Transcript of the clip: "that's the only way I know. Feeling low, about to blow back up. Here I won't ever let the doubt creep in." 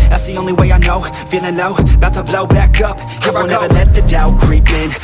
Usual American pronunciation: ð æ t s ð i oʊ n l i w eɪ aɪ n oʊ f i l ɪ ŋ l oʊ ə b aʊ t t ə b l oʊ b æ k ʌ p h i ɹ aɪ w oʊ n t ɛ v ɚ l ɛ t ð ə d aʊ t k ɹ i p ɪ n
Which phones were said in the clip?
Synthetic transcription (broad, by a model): ð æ t s ð i oʊ n l i w eɪ aɪ n oʊ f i n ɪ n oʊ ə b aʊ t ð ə b l oʊ b æ k ʌ p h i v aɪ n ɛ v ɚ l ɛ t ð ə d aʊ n k ɹ i p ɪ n